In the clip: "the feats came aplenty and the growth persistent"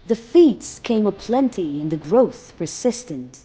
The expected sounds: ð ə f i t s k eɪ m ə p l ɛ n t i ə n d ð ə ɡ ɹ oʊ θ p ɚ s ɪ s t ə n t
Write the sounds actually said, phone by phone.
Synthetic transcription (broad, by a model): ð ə f i t s k eɪ m ə p l ɛ n t i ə n ð ə ɡ ɹ oʊ θ p ɚ s ɪ s t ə n t